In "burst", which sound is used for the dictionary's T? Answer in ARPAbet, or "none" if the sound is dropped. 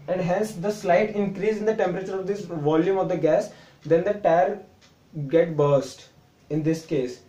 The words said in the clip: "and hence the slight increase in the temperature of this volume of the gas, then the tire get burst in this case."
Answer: T